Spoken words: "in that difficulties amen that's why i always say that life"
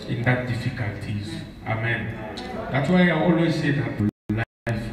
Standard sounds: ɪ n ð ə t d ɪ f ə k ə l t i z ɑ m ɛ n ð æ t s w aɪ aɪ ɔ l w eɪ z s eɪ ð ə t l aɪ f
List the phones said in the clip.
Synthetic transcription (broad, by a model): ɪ n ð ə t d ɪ f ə k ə l t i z ɑ m ɛ n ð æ t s w aɪ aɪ ɔ l w eɪ z s eɪ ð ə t l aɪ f